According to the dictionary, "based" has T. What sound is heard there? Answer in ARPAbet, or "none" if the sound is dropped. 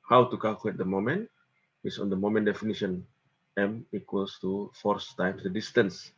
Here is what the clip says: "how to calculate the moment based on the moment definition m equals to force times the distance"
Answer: none